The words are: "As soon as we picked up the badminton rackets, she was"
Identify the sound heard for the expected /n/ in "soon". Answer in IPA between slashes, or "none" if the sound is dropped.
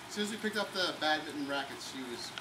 none